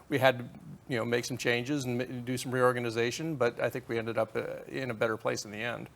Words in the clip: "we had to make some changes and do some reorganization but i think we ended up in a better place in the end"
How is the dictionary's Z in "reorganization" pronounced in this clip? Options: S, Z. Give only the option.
Z